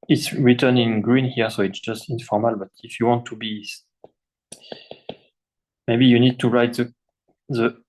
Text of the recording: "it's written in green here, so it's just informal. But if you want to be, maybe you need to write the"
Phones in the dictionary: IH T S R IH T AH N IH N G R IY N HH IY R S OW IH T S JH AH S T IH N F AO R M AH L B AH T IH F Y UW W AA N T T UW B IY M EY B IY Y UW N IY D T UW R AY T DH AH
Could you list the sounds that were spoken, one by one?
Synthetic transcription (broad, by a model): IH T S R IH T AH N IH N G R IY N HH IY R S OW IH T S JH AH S T IH N F AO R M AH L B AH T IH F Y UW W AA N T T UW B IY M EY B IY Y UW N IY D T UW R AY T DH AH